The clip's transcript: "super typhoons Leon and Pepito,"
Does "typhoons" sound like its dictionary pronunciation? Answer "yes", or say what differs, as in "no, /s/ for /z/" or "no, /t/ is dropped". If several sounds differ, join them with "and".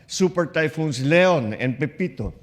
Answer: no, /s/ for /z/